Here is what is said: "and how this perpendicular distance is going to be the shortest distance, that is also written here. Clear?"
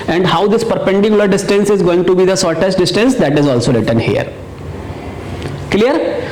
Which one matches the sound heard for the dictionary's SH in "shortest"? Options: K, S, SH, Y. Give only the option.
S